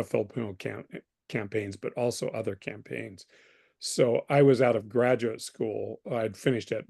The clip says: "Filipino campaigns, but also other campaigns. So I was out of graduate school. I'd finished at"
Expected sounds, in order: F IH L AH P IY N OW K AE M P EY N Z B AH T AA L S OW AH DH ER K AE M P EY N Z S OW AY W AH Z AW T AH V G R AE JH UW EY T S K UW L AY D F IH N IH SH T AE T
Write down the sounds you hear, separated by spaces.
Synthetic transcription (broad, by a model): F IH L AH P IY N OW K AE M P EY N Z B AH T AA L S OW AH DH ER K AE M P EY N Z S OW AY W AH Z AW T AH V G R AE JH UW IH T S K UW L AY D F IH N IH SH T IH T